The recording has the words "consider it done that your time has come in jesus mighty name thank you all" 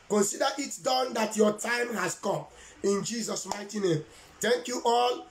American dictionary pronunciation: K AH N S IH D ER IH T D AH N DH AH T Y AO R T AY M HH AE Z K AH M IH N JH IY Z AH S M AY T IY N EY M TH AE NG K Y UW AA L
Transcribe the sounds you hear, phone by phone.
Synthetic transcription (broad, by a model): K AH N S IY D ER IH T D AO N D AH T Y AO T AY M HH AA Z K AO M IH N JH IY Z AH S M AY T IY N EY M T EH NG K Y UW AA L